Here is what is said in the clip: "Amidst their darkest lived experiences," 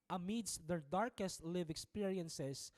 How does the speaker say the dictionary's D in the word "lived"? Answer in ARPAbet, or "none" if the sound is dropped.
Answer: none